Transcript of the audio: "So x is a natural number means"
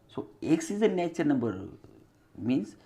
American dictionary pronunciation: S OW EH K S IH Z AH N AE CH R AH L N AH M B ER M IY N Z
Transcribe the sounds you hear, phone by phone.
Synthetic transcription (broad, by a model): S OW EH K S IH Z AH N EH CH AH N AH M B ER M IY N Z